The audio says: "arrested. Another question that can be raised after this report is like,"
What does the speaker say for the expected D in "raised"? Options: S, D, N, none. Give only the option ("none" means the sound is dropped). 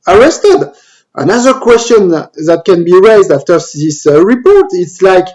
D